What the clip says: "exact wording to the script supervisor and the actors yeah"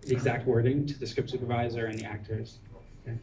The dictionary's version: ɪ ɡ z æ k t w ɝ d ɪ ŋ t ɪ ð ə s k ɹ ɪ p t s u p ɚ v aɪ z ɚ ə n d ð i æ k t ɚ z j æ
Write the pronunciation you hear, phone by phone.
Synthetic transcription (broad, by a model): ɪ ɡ z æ k t w ɝ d ɪ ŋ t ɪ ð ə s k ɹ ɪ p t s u p ɚ v aɪ z ɚ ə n ð i æ k t ɚ z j